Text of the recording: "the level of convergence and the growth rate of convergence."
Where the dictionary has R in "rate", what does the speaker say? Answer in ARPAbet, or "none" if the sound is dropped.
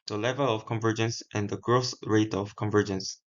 R